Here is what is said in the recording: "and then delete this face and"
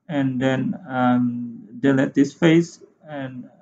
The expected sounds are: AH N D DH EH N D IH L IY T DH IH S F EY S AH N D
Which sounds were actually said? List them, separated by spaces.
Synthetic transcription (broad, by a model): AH N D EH N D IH L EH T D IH S F EY S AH N